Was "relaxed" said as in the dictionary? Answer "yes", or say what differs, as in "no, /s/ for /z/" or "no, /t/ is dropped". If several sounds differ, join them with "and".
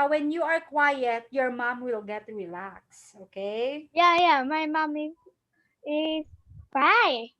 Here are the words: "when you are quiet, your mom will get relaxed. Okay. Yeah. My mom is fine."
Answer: no, /t/ is dropped